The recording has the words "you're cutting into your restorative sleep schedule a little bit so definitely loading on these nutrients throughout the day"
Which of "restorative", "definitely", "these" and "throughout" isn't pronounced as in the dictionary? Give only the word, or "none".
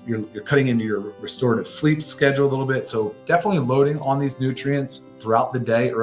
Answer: none